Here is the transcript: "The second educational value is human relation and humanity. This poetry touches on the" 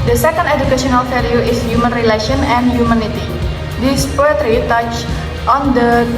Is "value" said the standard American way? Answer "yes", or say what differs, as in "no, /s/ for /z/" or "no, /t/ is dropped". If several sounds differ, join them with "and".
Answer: no, /f/ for /v/